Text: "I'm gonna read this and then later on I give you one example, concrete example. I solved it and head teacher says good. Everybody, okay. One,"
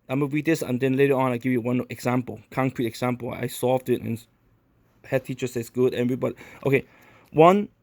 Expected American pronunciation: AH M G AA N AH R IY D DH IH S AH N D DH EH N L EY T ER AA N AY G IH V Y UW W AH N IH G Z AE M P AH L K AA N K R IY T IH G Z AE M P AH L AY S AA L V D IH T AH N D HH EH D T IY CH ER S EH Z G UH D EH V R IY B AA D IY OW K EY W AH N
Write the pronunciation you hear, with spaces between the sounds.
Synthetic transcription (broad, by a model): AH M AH W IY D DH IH S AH N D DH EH N L EY T ER AA N AY G IH V Y UW W AH N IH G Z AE M P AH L K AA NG K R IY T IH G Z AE M P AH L AY S AA L V D IH T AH N HH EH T IY CH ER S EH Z G UH D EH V R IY B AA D IY OW K EY W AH N